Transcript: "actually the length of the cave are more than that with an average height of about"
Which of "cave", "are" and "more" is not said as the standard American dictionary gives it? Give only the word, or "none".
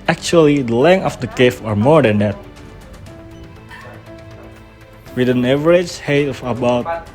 cave